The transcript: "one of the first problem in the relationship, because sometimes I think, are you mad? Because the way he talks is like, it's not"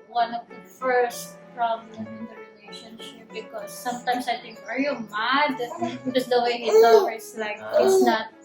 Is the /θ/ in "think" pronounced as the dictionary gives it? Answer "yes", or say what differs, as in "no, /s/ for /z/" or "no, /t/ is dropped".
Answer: no, /t/ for /θ/